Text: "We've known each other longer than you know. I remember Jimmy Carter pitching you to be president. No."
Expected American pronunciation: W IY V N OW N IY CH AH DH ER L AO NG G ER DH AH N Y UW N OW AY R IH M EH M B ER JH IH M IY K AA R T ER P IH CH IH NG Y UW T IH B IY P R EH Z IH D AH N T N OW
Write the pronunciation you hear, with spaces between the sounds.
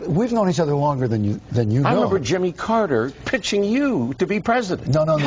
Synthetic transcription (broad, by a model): W IY V N OW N IY CH AH DH ER L AO NG G ER DH AH N Y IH N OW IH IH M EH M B ER JH IH M IY K AA R T ER P IH CH IH NG Y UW T IH B IY P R EH Z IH D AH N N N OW